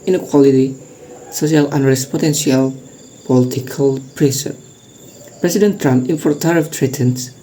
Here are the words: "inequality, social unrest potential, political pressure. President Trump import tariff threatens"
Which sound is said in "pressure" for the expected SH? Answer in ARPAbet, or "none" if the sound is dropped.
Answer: S